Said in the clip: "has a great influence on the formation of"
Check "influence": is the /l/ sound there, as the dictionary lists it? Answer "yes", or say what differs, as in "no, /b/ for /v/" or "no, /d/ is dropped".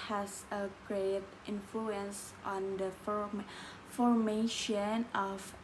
yes